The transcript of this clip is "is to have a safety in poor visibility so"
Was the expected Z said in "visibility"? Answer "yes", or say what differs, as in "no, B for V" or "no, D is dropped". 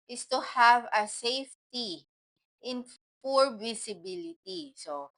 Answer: no, S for Z